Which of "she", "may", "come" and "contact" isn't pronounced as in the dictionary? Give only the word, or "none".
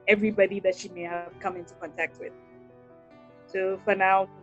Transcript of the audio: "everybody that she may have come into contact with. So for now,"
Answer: none